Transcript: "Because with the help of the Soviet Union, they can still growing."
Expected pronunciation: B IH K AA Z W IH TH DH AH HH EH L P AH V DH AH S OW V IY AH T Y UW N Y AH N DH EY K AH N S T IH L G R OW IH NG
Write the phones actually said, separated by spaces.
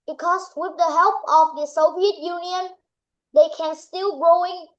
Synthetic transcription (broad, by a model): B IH K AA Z W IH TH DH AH HH EH L P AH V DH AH S OW V IY AH T Y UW N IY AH N DH EY K AH N S T IH L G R OW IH NG